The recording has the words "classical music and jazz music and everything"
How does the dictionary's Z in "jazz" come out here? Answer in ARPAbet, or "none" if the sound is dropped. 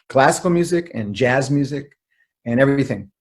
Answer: Z